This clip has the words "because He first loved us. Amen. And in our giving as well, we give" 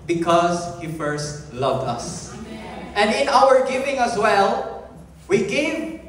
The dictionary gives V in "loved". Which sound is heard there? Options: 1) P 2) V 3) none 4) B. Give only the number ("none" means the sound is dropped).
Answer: 2